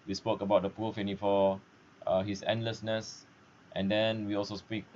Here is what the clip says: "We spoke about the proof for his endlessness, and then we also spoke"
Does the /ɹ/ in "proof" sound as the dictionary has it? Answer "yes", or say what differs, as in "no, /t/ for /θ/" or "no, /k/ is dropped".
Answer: no, /ɹ/ is dropped